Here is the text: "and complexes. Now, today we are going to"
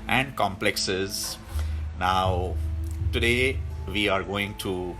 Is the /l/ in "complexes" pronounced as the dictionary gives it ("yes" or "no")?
yes